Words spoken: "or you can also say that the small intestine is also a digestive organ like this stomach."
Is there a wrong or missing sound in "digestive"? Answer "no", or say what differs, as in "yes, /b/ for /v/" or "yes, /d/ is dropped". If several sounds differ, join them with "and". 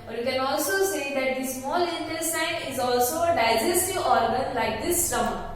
yes, /v/ is dropped